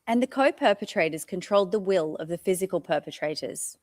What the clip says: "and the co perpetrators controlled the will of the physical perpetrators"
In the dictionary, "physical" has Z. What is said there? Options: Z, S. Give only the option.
Z